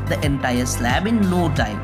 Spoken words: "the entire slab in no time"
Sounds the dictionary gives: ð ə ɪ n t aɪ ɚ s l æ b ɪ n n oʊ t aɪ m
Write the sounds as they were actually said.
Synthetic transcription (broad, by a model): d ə ɪ n t aɪ ɚ s l æ b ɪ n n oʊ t aɪ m